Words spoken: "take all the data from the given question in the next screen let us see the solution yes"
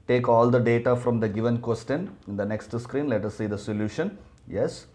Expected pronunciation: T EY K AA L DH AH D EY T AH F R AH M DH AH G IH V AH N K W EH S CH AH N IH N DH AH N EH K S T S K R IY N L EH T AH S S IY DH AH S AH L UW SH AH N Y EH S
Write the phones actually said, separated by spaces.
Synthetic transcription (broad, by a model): T EY K AA L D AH D EY T AH F R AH M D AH G IH V AH N K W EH S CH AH N IH N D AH N EH K S T S K R IY N L EH T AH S S IY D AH S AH L UW SH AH N Y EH S